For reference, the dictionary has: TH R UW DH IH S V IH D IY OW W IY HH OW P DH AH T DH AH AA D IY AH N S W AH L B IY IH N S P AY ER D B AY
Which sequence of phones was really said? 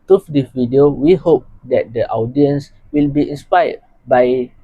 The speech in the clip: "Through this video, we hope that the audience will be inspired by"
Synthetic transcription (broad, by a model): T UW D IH V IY D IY OW W IY HH OW P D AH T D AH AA D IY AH N S W AH L B IY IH N S P AY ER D B AY